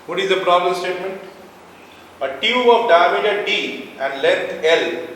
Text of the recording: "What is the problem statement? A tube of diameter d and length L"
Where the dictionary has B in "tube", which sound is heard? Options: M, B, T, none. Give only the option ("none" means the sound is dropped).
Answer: none